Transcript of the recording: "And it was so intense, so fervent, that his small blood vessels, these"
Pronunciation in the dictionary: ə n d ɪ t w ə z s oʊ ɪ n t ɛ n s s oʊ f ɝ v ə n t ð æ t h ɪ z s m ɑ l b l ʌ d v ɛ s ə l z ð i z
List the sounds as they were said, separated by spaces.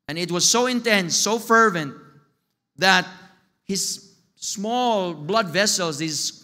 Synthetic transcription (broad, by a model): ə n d ɪ t w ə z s oʊ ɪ n t ɛ n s s oʊ f ɝ v ə n t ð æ t h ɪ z s m ɑ l b l ʌ d v ɛ s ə l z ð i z